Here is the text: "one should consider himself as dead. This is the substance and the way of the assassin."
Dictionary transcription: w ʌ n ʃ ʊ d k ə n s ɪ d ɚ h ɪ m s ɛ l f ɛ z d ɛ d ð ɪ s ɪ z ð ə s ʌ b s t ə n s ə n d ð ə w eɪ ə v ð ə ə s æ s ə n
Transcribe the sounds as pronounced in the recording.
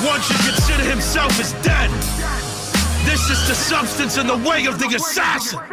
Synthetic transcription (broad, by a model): w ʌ n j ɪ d k ə n s ɪ d ɚ h ɪ m s ɛ l f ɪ z d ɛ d ð ɪ s ɪ z ð ə s ʌ b s t ə n s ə n ð ə w eɪ ə v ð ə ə s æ s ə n